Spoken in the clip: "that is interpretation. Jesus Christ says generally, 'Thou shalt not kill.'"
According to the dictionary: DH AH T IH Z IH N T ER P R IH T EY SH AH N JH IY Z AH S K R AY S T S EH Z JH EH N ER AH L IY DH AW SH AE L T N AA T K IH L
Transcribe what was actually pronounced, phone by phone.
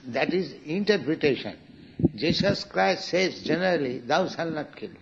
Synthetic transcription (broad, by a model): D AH T IH Z IH N T ER P R IH T EY SH AH N JH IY S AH S K R AY S T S EH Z JH EH N ER AH L IY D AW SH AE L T N AA T K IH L